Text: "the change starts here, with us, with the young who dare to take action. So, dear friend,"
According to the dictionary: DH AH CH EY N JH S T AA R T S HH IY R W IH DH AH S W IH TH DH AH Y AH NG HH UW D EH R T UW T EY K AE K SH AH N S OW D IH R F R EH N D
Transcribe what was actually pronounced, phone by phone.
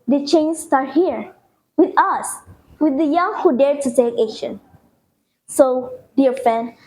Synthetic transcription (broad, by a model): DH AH CH EY N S T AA R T HH IY R W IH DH AH S W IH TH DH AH Y AH NG HH UW D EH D T UW S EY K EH SH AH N S OW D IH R F R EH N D